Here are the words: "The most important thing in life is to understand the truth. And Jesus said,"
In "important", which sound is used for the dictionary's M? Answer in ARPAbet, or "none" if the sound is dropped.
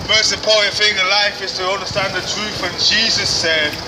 none